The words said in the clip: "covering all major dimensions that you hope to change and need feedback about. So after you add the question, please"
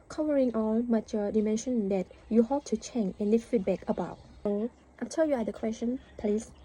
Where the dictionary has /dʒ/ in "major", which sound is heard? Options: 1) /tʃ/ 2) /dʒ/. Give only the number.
1